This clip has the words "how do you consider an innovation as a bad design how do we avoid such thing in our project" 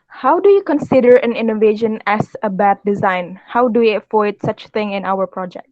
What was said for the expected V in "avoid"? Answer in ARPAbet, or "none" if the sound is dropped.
F